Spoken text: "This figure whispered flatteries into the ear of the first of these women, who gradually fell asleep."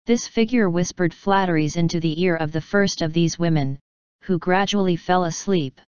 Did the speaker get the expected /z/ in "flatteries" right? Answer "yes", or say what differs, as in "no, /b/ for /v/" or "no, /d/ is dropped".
yes